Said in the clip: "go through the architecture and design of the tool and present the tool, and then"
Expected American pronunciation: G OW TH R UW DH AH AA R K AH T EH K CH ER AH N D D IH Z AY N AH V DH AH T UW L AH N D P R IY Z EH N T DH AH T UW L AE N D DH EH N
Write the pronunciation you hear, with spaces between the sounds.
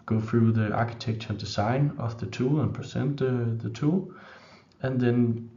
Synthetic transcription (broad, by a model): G OW TH R UW DH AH AA K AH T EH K CH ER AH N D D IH S AY N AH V DH AH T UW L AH N P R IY S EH N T DH AH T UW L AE N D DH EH N